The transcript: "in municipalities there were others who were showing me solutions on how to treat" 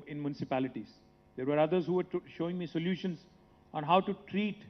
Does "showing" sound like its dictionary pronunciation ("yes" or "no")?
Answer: yes